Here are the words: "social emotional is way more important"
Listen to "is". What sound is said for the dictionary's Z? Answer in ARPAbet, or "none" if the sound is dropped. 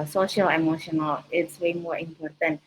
S